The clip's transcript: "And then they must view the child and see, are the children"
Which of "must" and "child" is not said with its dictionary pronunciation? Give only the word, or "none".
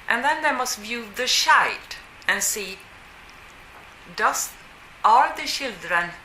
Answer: child